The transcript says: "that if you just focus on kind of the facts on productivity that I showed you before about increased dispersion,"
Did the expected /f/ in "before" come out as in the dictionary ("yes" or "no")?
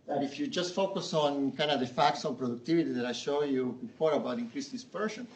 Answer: no